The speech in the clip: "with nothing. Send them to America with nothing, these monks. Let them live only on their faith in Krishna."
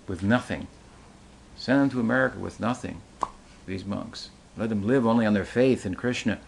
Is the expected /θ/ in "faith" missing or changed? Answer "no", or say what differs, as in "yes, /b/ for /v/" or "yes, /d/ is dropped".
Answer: no